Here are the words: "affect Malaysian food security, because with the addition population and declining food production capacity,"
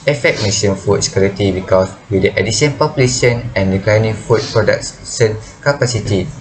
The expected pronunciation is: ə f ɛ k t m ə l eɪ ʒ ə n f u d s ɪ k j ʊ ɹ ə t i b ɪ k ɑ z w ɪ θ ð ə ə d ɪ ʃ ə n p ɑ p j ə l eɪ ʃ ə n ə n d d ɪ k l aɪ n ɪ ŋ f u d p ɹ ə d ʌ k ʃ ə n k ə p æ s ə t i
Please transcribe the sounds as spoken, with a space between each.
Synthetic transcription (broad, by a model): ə f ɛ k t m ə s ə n f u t s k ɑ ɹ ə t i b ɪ k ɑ s w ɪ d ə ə d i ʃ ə n p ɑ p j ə l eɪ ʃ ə n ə n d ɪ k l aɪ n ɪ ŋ f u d p ɹ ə d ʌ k s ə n k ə p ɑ s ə t i